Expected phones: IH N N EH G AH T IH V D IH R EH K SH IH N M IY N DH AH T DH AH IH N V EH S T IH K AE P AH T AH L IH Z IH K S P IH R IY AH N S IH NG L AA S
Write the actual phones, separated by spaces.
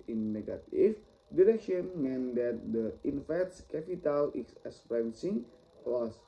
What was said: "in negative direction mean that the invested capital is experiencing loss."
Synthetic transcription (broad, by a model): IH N N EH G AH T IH F D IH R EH K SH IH N M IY N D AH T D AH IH N F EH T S K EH P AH T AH L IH S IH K S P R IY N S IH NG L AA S